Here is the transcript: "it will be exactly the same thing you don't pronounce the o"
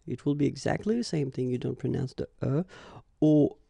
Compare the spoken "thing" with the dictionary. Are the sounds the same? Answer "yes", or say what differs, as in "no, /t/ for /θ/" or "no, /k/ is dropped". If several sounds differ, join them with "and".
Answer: yes